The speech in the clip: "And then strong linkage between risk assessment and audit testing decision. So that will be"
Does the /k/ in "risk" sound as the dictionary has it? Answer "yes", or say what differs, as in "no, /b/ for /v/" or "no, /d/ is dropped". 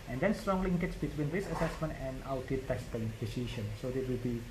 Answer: no, /k/ is dropped